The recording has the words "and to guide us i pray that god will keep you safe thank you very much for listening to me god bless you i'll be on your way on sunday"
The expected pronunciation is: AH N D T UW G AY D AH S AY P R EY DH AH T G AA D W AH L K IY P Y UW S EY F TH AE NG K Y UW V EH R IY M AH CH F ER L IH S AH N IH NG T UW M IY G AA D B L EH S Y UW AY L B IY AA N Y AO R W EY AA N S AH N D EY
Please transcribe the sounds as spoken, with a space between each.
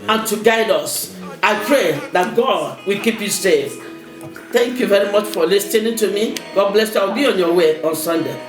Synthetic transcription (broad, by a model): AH N T UW G AY D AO S AY P R EY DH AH T G AA D W AH L K IY P Y UW S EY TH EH NG K Y UW V EH R IY M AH CH F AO L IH S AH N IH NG T UW M IY G AA D B L EH S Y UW AY W B IY AA N Y AO W EY AA N S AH N D EY